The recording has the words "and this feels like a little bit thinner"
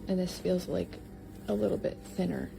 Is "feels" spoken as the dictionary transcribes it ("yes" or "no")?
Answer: yes